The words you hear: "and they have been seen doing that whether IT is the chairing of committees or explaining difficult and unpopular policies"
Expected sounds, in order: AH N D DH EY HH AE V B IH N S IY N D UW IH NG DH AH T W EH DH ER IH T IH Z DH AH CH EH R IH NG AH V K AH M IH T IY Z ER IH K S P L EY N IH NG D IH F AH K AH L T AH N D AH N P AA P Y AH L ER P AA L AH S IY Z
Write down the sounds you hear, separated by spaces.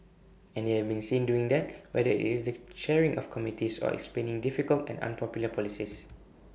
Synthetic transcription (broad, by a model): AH N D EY HH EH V B IH N S IY N D UW IH NG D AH T W EH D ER IH T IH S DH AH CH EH R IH NG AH F K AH M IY T IY S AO IH K S P L EY N IH NG D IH F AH K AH L T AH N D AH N P AA P Y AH L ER P AA L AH S IY S